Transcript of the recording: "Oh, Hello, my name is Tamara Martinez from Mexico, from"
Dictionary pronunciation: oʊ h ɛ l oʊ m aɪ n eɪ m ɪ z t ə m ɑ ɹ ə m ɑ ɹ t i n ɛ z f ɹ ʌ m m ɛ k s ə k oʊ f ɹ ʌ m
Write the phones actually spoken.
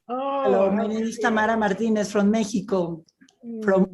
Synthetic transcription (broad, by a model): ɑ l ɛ oʊ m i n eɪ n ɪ s t ə m ɑ ɹ ə m ɑ ɹ t i n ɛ s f ɹ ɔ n m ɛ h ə k oʊ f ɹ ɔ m